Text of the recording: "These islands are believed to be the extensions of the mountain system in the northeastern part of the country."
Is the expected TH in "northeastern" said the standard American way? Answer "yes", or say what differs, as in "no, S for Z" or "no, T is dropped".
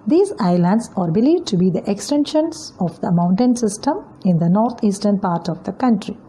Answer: no, T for TH